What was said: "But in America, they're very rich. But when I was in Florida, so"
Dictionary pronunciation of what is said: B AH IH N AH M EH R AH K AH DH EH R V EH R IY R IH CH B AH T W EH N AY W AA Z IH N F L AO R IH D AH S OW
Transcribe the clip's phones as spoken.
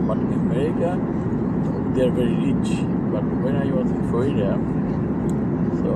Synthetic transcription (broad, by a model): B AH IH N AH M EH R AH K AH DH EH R V EH R IY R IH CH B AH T W EH N AY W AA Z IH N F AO IH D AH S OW